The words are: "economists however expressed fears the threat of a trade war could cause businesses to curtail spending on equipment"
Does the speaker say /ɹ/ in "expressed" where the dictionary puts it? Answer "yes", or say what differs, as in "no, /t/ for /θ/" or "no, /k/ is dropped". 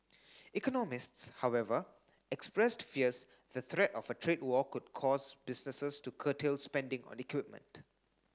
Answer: yes